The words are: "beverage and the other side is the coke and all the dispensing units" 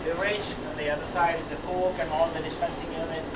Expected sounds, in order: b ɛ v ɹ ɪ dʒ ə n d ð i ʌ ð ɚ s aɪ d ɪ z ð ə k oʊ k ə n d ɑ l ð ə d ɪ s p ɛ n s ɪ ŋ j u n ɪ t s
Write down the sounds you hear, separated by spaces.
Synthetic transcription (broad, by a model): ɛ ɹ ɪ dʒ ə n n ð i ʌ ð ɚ s aɪ d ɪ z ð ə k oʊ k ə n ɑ n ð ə d ɪ s p ɛ n s ɪ ŋ j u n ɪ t